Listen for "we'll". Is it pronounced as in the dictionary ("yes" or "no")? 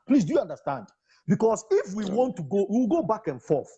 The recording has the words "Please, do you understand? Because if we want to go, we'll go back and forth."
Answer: no